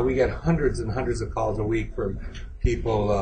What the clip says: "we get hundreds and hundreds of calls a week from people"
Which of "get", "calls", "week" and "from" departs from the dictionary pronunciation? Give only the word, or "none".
none